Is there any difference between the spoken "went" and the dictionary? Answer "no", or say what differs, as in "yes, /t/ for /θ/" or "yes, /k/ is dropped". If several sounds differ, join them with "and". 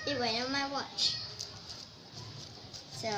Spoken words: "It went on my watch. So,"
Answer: yes, /t/ is dropped